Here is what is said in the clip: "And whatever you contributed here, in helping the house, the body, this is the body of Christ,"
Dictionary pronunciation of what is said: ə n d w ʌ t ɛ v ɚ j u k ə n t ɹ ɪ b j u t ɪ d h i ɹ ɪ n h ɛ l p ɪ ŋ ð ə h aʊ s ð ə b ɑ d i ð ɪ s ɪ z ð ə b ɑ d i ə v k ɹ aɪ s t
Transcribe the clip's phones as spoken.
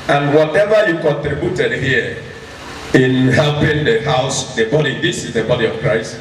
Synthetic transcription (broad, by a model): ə n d w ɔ t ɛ v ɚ j u k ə n t ɹ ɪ b j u t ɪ d h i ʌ ɪ n h ɛ l p ɪ ŋ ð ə h aʊ s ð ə b ɑ d i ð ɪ s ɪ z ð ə b ɑ d i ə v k ɹ aɪ s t